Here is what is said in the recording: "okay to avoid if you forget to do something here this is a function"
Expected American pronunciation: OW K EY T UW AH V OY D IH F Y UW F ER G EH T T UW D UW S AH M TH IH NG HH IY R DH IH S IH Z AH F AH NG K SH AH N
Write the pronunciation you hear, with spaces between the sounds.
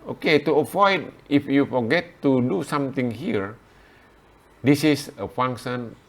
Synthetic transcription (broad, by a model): OW K EY T UW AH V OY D IH F Y UW F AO G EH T T UW D UW S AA M T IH NG HH IY R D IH S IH S AH F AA NG K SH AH N